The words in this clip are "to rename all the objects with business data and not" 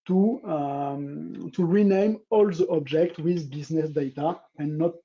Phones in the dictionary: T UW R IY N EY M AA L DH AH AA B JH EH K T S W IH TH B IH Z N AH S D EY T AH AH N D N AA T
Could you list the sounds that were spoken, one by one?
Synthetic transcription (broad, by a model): T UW R IY N EY M AA L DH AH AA B JH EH K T W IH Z B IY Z N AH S D EY T AH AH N N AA T